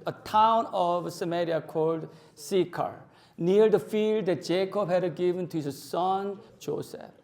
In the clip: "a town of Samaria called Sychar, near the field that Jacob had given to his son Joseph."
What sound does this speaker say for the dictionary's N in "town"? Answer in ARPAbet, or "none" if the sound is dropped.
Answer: N